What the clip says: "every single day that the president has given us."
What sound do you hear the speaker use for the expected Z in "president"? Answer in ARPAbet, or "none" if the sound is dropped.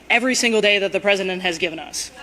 Z